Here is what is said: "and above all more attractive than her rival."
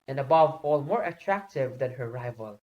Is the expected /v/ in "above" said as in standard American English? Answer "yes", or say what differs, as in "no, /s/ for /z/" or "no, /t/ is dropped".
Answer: yes